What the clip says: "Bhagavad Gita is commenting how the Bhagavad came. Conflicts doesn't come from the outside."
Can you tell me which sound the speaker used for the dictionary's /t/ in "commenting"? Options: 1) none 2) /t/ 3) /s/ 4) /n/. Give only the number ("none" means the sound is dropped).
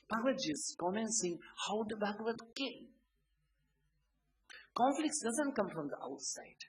3